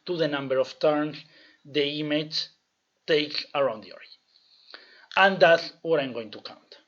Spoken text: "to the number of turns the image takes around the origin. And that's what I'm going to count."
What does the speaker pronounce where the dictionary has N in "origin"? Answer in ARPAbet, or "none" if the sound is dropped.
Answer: none